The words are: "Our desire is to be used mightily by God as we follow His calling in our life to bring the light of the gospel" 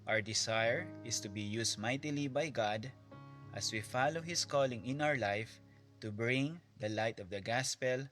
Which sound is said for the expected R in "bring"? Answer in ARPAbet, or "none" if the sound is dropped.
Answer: R